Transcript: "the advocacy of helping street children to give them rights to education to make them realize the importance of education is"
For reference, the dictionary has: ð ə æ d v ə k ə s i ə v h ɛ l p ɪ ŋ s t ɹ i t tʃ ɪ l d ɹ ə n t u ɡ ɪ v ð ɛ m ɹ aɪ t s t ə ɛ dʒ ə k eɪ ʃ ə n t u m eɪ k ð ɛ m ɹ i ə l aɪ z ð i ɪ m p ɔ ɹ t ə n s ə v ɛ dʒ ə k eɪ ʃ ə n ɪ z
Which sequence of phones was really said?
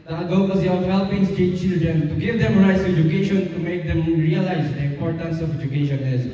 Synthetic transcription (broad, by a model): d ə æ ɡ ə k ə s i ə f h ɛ l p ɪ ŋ s t ɛ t tʃ ɪ l d ɹ ə n t u ɡ ɪ v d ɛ m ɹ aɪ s ɛ dʒ ə k eɪ ʃ ə n t u m eɪ k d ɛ m ɹ i ə l aɪ z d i ɪ m p ɔ ɹ t ə n s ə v ɛ dʒ ə k eɪ ʃ ə n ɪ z